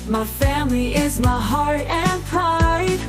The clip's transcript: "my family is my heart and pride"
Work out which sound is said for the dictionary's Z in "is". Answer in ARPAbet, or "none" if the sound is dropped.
Z